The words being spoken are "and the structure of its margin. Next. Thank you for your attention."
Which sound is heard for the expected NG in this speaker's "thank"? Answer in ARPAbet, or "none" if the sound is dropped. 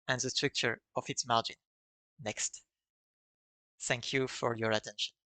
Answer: NG